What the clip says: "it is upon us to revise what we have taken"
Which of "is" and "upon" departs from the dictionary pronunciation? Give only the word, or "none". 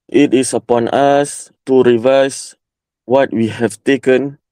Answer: is